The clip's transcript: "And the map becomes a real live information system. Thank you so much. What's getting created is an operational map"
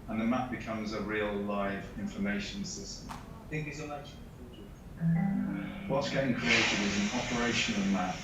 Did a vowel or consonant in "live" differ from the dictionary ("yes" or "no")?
no